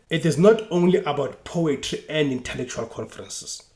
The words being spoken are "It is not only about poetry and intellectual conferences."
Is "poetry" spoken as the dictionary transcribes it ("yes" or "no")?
yes